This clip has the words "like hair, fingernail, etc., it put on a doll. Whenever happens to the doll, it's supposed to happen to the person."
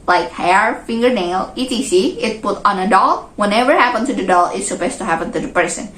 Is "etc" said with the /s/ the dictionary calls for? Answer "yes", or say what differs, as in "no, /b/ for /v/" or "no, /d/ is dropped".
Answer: no, /s/ is dropped